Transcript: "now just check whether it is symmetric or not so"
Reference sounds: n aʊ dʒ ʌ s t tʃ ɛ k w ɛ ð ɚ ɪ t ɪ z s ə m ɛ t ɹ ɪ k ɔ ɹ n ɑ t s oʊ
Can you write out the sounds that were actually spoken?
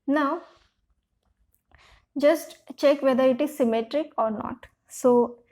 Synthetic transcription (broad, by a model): n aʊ dʒ ʌ s t tʃ ɛ k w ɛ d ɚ ɪ t ɪ z s ə m ɛ t ɹ ɪ k ɔ ɹ n ɑ t s oʊ